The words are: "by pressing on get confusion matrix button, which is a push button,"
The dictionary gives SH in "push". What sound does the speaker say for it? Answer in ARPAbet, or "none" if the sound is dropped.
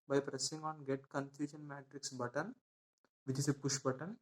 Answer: SH